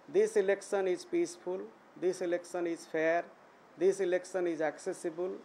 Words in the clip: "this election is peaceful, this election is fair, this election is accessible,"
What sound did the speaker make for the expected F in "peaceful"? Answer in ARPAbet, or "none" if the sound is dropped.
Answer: P